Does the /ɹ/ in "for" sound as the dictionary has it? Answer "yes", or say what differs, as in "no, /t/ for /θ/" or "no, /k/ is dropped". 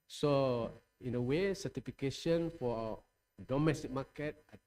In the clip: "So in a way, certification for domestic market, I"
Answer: no, /w/ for /ɹ/